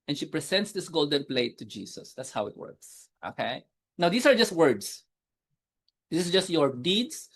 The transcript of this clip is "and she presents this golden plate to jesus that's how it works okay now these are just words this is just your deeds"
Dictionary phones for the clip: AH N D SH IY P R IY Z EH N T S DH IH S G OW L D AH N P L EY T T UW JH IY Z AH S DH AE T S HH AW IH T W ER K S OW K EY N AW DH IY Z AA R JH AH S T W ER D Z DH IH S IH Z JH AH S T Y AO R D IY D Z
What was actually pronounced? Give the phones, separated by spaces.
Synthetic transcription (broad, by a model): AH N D SH IY P R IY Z EH N T S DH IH S G OW L D AH N P L EY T T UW JH IY S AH S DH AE T S HH AW IH T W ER K S OW K EY N AW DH IY S AA R JH AH S T W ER D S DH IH S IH S JH AH S T Y AO R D IY D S